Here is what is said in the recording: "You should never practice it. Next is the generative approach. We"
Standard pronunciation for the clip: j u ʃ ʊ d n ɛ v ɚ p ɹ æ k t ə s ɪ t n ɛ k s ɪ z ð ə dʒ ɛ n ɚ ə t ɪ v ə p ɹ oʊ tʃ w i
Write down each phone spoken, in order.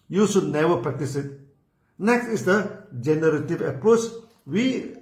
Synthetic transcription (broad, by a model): j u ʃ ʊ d n ɛ v ɚ p ɹ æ k t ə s ɪ t n ɛ k s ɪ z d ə dʒ ɛ n ɚ ə t ɪ v ə p ɹ oʊ tʃ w i